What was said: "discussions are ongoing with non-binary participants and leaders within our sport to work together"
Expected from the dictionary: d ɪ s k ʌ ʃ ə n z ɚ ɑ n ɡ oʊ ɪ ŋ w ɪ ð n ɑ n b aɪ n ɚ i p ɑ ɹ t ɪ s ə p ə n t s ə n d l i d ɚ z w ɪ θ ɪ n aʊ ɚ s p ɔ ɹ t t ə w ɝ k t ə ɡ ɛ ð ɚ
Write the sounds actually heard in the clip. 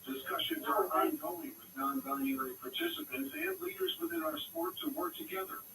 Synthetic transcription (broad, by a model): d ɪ s k ʌ ʃ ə n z ɚ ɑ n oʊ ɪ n w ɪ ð n ɑ n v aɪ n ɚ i p ɑ ɹ t ɪ s ə p ə n t s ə n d l i d ɚ z w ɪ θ ɪ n aʊ ɚ s p ɔ ɹ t t ə w ɝ k t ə ɡ ɛ ð ɚ